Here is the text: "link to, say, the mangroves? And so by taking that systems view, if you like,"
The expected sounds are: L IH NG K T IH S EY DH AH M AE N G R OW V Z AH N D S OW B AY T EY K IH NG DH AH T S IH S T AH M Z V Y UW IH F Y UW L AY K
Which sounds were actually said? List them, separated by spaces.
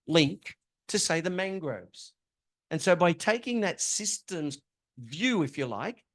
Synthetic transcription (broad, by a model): L IH NG K T IH S EY DH AH M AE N G R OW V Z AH N S OW B AY T EY K IH NG DH AH T S IH S T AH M Z V Y UW IH F Y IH L AY K